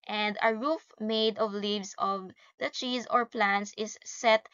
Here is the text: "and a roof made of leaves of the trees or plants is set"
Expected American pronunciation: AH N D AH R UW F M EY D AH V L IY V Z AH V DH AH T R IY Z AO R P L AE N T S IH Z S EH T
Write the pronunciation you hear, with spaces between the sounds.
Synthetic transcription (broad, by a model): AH N D AH R UW F M EY D AH V L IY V S AH V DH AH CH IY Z AO R P L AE N T S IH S EH T